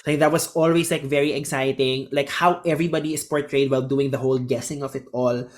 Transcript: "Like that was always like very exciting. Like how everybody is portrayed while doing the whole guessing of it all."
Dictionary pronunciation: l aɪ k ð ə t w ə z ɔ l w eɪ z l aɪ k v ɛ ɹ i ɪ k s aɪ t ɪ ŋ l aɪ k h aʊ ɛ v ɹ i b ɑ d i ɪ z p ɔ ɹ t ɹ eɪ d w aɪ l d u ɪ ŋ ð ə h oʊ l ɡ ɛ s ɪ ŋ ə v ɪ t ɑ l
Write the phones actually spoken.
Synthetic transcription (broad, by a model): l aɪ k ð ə t w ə s ɔ l w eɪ s l aɪ k v ɛ ɹ i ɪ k s aɪ t ɪ ŋ l aɪ k h aʊ ɛ v ɹ i b ɑ d i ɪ s p ɔ ɹ t ɹ eɪ d w aɪ l d u ɪ ŋ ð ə h oʊ l ɡ ɛ s ɪ ŋ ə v ɪ t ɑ l